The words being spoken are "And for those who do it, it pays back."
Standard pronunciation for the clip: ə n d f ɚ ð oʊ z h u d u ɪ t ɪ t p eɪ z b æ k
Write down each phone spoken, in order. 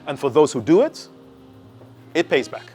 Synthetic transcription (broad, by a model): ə n f ɚ ð oʊ z h u d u ɪ t ɪ t p eɪ z b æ k